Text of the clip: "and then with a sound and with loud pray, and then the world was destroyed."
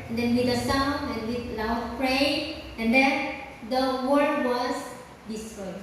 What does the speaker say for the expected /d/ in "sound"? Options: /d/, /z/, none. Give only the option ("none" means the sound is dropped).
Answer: none